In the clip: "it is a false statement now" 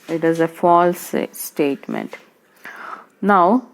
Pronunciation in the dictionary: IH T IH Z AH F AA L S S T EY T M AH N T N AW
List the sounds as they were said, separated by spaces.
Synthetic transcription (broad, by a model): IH T IH Z AH F AA L S S T EY T M AH N T N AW